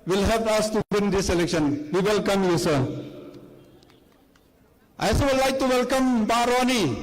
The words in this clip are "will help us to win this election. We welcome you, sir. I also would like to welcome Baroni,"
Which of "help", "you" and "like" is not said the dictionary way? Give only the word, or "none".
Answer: help